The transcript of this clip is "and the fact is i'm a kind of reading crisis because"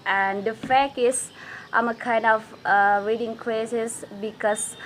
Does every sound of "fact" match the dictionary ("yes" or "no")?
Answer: no